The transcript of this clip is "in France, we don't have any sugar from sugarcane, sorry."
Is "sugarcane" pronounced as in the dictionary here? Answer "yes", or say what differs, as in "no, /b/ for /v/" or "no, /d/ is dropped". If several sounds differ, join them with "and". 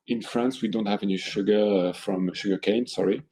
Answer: yes